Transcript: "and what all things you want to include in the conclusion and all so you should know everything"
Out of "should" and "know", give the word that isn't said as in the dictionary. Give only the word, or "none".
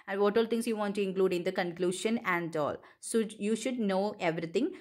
none